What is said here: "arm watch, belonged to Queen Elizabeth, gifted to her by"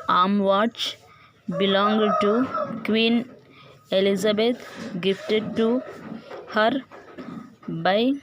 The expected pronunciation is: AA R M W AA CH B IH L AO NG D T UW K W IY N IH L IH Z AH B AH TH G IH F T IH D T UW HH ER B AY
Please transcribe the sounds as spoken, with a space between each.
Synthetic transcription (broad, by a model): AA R M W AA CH B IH L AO NG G T UW K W IY N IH L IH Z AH B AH T G IH F T IH D T UW HH ER B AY